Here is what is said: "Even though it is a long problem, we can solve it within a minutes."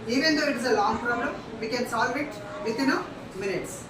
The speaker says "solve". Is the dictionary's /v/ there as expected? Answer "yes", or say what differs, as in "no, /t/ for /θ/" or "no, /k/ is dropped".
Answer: yes